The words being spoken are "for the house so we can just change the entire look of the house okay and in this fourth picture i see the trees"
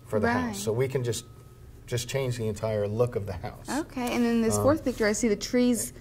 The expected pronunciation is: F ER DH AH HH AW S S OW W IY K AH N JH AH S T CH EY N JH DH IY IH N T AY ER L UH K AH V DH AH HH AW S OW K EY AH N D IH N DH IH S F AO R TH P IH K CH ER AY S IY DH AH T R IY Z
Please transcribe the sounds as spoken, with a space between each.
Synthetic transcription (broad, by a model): F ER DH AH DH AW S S OW W IY K AH N JH AH S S CH EY N JH DH IY IH N T AY ER L UH K AH V DH AH HH AW S OW K EY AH N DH IH N DH IH S F AO R TH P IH K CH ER AY S IY DH AH T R IY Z